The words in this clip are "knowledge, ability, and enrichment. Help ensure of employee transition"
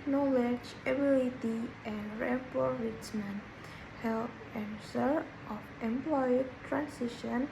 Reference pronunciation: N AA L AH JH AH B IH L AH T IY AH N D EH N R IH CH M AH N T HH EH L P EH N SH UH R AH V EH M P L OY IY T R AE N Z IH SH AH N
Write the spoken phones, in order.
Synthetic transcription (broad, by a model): N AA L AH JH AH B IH L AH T IY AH N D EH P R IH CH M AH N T HH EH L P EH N S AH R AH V EH M P L OY IY T R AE N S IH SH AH N